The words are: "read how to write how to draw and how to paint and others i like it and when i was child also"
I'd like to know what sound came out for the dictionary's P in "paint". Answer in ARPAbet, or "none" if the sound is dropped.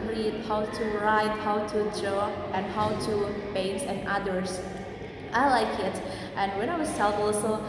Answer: B